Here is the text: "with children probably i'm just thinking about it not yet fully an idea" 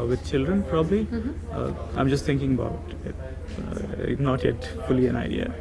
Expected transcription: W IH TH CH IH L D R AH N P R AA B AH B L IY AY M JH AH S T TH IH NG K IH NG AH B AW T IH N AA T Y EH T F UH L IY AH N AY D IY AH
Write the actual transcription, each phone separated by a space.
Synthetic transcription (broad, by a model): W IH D CH IH L D R AH N P R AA B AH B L IY AY M JH AH S T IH NG K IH NG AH B AW T IH N AA T Y EH T F UH L IY AH N AY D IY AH